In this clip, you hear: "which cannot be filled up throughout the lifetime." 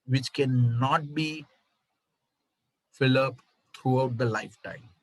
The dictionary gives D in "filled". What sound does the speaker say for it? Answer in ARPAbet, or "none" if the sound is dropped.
none